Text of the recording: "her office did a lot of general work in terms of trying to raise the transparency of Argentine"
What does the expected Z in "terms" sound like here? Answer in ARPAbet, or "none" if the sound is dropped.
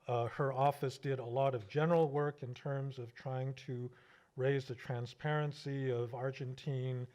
Z